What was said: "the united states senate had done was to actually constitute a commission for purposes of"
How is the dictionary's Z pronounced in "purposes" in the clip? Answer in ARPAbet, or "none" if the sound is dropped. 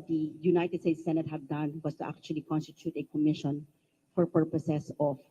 S